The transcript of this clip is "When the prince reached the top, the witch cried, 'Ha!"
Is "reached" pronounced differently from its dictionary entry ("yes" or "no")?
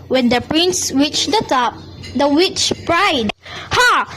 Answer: yes